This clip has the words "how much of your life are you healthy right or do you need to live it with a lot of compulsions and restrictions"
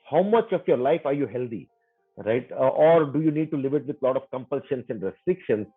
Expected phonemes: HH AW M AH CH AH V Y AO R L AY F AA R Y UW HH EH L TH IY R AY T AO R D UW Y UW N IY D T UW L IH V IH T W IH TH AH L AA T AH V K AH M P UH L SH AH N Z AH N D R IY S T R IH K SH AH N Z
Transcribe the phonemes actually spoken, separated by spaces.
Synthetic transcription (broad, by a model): HH AW M AH CH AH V Y AO R L AY F AA R Y UW HH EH L T IY R AY T AO R D UW Y UW N IY D T UW L IH V IH T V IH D L AA T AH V K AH M P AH L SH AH N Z AH N D R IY S T R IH K SH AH N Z